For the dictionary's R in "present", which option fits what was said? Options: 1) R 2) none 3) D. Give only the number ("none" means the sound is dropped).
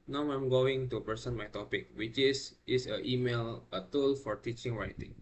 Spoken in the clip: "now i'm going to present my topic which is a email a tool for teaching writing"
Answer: 2